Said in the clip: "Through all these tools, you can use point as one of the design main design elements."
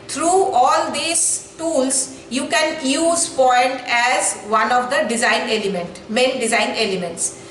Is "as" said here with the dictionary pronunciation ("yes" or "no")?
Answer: yes